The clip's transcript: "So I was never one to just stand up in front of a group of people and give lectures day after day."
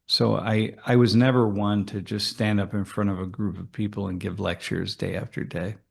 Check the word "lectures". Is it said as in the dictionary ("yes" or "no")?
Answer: yes